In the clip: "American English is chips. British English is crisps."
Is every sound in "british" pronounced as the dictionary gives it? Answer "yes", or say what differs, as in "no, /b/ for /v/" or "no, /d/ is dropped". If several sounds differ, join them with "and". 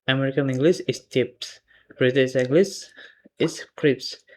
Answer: no, /s/ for /ʃ/